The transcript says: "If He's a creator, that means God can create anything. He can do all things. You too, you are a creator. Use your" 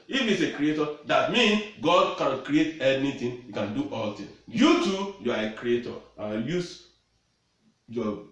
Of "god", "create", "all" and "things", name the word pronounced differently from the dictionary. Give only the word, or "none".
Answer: things